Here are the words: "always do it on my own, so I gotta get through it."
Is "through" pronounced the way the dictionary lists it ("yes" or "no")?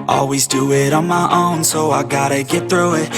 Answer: yes